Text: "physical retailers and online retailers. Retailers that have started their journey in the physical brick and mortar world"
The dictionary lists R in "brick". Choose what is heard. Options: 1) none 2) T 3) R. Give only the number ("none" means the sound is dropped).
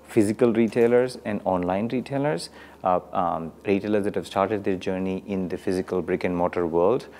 3